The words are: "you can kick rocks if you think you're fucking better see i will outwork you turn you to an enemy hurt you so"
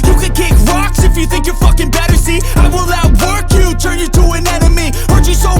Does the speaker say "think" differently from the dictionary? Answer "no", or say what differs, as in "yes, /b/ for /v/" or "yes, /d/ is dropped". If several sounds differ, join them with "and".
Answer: no